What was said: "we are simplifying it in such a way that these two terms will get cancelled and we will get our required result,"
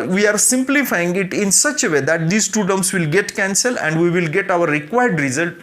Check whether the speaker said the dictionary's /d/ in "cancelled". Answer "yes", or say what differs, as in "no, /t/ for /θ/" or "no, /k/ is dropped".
no, /d/ is dropped